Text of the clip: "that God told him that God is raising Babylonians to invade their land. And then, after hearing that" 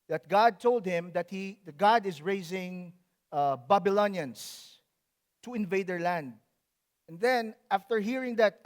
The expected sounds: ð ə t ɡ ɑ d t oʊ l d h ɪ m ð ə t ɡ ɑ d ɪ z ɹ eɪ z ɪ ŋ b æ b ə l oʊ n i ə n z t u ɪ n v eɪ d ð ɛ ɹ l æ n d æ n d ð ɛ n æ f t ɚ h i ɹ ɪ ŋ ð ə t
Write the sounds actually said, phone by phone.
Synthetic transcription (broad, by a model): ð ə t ɡ ɑ d t oʊ l d h ɪ m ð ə t ɡ ɑ d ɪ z ɹ eɪ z ɪ ŋ b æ b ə l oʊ n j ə n s t u ɪ n v eɪ d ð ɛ ɹ l æ n d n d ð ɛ n æ f t ɚ h i ɹ ɪ ŋ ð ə t